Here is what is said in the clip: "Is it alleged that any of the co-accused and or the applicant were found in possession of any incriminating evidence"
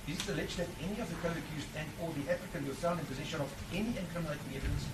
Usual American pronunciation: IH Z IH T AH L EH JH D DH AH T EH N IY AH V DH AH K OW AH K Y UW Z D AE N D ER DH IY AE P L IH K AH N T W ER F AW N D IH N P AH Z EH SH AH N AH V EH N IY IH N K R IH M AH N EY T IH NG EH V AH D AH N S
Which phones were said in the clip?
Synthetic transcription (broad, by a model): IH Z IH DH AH L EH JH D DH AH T EH N IY AH V DH AH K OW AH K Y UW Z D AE N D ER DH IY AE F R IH K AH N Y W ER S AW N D IH N P AH Z EH SH AH N AH V EH N IY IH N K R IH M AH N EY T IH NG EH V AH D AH N S